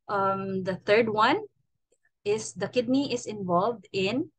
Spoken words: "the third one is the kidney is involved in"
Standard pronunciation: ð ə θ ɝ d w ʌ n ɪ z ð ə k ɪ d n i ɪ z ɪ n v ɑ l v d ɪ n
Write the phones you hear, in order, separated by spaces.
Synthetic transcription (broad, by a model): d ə t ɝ d w ʌ n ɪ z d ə k ɪ d n i ɪ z ɪ n v ɑ l v d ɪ n